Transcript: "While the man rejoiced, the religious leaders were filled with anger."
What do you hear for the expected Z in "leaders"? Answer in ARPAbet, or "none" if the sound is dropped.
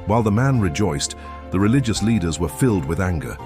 Z